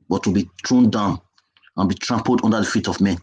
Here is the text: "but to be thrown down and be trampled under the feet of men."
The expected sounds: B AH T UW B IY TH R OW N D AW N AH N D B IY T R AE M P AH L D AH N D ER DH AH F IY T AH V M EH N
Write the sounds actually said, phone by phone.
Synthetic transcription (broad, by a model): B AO T UW B IY T R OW N D AW N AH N B IY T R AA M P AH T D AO N D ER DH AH F IY T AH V M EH N